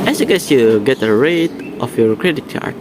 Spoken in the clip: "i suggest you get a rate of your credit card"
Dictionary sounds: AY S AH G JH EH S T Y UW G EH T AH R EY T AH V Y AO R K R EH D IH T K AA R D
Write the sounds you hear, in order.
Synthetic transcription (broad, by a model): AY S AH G EH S Y UW G EH T AH R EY T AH F Y AO R K R EH D IH T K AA R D